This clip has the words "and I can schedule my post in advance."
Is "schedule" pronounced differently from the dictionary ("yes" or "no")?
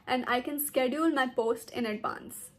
no